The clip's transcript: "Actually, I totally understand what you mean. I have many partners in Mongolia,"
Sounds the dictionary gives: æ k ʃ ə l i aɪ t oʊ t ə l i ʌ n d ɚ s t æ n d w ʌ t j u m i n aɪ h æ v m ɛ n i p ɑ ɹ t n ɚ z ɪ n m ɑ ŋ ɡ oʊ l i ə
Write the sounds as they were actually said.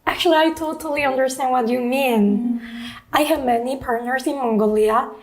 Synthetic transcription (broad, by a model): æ k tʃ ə l i aɪ t oʊ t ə l i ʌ n d ɚ s t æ n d w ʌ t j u m i n aɪ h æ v m ɛ n i p ɑ ɹ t n ɚ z ɪ n m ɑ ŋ ɡ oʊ l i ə